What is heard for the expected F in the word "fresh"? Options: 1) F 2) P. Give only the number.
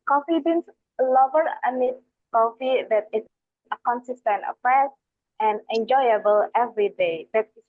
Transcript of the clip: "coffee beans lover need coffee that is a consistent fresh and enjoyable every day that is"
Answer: 2